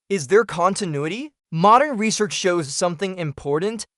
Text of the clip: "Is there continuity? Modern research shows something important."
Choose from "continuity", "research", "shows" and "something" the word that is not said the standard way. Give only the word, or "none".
none